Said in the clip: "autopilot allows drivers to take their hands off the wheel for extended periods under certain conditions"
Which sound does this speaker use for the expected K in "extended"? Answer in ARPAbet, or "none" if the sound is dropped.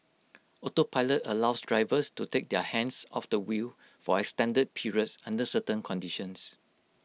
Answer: K